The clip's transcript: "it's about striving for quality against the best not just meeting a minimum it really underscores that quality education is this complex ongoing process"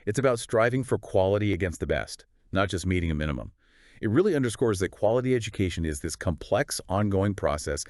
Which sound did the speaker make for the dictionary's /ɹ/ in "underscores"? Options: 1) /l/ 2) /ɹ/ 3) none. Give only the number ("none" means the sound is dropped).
2